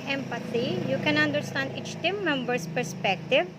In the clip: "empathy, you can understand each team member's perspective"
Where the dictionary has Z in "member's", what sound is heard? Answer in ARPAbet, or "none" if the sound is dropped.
S